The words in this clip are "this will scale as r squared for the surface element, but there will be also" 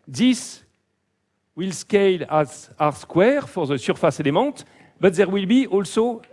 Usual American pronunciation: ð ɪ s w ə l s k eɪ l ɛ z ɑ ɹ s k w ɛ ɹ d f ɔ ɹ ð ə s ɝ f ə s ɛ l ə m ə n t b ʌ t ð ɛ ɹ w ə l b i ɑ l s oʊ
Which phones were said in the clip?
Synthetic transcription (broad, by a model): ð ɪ s w ə l s k eɪ l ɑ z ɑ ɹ s k w ɛ ɹ f ɔ ɹ ð ə s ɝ f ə s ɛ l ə m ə t b ʌ t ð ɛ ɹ w ə l b i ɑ l s oʊ